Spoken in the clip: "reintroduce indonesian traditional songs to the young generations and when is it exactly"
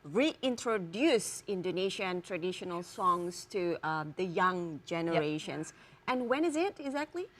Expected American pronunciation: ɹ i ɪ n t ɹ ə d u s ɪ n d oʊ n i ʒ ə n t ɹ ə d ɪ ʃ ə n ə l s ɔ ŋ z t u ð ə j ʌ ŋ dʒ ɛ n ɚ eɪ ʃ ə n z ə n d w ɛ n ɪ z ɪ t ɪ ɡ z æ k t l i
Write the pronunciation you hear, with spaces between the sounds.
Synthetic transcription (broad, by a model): ɹ i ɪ n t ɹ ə d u s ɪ n d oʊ n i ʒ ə n t ɹ ə d ɪ ʃ ə n ə l s ɔ ŋ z t u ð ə j ʌ ŋ dʒ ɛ n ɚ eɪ ʃ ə n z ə n w ɛ n ɪ z ɪ t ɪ ɡ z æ k t l i